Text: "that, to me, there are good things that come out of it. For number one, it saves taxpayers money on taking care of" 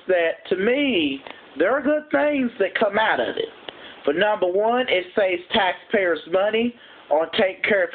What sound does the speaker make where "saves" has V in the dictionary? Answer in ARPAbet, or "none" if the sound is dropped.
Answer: none